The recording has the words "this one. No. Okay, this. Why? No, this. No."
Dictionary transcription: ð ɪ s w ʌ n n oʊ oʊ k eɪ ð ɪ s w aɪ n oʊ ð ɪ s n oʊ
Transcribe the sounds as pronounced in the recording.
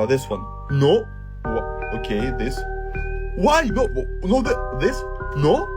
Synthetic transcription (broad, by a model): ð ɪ s w ʌ n n oʊ oʊ k eɪ ð ɪ s w aɪ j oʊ ð ɪ s n oʊ